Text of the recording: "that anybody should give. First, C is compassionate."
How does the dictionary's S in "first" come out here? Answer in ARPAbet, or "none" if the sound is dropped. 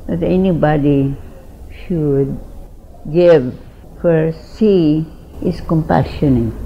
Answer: none